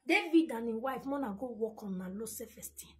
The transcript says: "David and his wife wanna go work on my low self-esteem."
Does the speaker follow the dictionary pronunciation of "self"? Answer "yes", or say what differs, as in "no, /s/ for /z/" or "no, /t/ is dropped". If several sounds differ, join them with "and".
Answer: no, /l/ is dropped